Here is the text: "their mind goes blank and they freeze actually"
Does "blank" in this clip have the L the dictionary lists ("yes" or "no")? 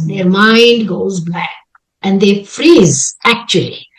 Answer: no